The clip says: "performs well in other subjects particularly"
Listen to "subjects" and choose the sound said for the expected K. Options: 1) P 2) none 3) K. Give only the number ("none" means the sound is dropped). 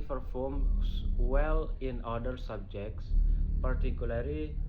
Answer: 3